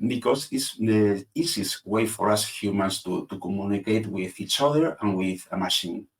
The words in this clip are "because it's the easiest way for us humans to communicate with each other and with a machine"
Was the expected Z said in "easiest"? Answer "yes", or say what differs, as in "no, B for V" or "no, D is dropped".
no, S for Z